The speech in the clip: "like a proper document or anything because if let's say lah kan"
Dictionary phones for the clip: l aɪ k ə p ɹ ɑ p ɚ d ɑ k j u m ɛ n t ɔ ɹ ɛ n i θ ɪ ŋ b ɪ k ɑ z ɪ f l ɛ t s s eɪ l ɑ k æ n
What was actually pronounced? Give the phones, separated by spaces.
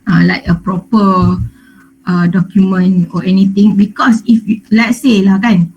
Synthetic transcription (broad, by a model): l aɪ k ə p ɹ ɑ p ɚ d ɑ k j u m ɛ n ɔ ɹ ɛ n i t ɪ ŋ b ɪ k ɑ s ɪ f l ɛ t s s eɪ l ɑ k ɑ n